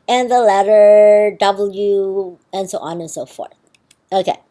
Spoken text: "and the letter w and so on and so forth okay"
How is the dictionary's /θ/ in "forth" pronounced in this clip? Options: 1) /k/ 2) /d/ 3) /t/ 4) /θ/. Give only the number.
4